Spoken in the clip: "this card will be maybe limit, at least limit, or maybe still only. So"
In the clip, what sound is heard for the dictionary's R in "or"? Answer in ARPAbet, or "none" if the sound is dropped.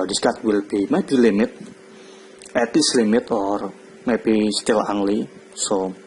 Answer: R